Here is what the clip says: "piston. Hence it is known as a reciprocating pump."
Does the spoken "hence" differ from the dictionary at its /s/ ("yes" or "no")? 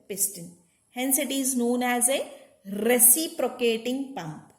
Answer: no